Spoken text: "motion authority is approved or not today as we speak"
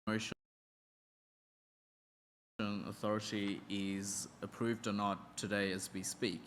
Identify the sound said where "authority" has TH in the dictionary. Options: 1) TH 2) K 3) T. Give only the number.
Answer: 1